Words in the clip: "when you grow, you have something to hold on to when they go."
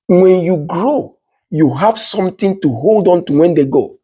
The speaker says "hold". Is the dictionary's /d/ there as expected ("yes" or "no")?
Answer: yes